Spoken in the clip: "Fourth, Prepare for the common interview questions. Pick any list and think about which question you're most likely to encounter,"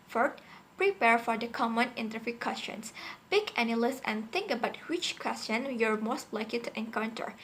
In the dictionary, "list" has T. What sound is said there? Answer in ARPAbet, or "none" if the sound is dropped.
none